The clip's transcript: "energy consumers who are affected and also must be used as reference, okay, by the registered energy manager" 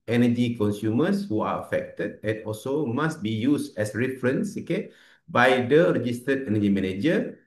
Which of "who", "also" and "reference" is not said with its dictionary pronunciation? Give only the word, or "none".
none